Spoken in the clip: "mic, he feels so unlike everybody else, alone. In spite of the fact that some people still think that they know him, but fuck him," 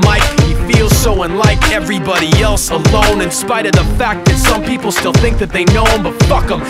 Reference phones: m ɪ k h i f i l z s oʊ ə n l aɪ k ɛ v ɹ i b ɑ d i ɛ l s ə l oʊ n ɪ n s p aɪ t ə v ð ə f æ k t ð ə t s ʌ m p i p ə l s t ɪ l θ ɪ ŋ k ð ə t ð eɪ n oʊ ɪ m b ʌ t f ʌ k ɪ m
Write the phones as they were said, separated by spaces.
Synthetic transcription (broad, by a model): m ɪ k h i f i l z s oʊ ə n l aɪ k ɛ v ɹ i b ɑ d i ɛ l s ə l oʊ n ɪ n s p aɪ t ə v ð ə f æ k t ð ə t s ʌ m p i p l s t ɪ l θ ɪ ŋ k ð ə t ð eɪ n oʊ ɪ m b ʌ t f ʌ k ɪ m